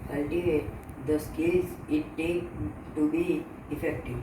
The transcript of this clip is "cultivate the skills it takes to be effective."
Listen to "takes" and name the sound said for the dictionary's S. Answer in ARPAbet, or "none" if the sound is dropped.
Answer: none